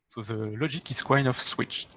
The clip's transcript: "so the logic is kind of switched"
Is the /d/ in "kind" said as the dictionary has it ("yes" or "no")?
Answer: no